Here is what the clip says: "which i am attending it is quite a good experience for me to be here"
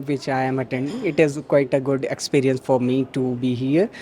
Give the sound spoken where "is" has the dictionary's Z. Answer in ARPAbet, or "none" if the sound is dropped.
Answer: Z